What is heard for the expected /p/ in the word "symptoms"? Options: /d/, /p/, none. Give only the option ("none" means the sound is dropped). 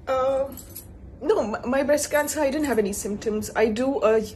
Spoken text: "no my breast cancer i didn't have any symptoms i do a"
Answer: /p/